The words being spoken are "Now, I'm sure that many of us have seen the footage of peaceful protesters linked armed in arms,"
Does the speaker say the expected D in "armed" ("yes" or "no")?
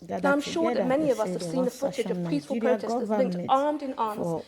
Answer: yes